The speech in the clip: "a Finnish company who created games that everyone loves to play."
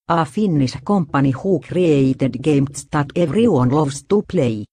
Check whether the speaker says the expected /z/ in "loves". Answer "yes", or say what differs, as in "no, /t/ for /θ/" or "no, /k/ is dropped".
no, /s/ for /z/